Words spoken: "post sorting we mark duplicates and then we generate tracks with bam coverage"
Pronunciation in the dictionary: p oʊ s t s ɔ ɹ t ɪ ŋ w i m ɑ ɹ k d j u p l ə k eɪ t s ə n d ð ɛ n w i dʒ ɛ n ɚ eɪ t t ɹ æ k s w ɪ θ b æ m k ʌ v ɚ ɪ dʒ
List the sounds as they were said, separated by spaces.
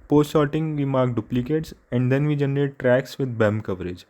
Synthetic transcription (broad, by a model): p oʊ s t ʃ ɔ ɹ t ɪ ŋ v i m ɑ ɹ k d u p l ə k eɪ t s ə n d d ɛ n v i dʒ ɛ n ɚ eɪ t t ɹ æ k s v ɪ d b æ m k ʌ v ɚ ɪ dʒ